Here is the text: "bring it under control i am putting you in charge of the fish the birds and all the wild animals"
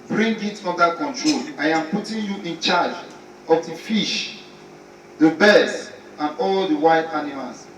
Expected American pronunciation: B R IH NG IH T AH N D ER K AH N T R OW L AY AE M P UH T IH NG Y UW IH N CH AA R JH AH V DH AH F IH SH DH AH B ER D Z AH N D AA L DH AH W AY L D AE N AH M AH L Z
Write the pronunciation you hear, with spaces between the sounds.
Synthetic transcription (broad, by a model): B R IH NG IH T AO N D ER K AH N T R OW L AY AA M P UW T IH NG Y UW IH N CH AA JH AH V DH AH F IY SH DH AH B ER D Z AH N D AA L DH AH W AY D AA N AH M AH L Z